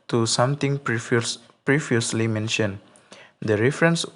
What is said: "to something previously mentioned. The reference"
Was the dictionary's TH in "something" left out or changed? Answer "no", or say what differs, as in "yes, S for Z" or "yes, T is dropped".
yes, T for TH